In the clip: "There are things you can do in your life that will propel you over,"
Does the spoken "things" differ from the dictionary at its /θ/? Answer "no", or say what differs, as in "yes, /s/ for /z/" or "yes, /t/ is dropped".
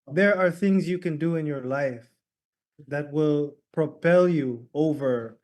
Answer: no